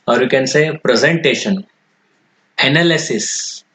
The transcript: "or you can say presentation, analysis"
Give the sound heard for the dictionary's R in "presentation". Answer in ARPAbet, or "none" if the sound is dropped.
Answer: R